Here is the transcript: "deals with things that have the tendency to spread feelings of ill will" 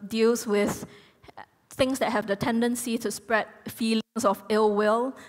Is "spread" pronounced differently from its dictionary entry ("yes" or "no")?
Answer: no